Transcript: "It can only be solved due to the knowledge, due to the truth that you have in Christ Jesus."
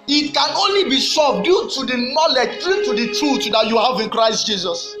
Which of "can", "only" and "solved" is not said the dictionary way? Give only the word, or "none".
solved